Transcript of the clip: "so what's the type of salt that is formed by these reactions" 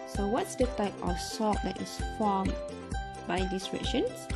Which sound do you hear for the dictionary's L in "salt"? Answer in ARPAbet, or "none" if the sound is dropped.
none